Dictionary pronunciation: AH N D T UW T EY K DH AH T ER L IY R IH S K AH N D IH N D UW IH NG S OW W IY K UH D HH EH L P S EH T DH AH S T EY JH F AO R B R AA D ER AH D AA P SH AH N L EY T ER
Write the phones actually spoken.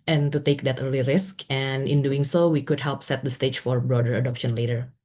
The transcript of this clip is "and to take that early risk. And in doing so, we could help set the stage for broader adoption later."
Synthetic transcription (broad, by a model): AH N T UW T EY K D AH T ER L IY R IH S K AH N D IH N D UW IH NG S OW W IY K UH D HH EH L P S EH T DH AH S T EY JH F AO R B R AA D ER AH D AA P SH AH N L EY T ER